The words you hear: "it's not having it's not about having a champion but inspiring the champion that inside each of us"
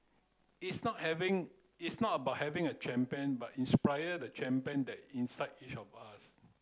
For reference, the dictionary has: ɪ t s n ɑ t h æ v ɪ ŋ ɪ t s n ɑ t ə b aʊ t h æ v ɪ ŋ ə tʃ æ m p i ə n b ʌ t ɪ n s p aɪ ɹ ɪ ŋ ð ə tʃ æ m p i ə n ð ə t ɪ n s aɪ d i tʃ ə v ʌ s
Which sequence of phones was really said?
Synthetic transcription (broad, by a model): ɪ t s n ɑ t h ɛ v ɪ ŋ ɪ t s n ɑ t ə b aʊ t h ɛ v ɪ ŋ ə tʃ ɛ m p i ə n b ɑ t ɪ n s p aɪ ɪ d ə tʃ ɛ m p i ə n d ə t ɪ n s aɪ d i tʃ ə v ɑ s